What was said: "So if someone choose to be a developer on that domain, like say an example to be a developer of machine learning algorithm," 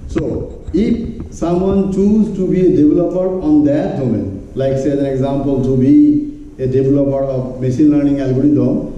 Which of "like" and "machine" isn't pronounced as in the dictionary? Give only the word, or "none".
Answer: machine